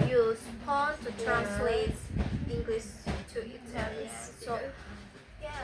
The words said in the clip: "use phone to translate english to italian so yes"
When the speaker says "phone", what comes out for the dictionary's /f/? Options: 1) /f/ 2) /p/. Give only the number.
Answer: 2